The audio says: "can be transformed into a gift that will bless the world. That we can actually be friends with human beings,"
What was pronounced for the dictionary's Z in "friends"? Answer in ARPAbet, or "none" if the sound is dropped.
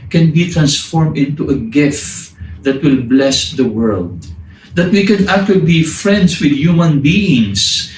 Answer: S